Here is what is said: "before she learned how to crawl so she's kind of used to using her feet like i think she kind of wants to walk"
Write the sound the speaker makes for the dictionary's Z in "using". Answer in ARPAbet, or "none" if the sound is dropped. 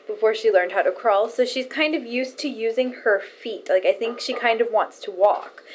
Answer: Z